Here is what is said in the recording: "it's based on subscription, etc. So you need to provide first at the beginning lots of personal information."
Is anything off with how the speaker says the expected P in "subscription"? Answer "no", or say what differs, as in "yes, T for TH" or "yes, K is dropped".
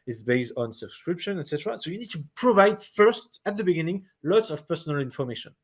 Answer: no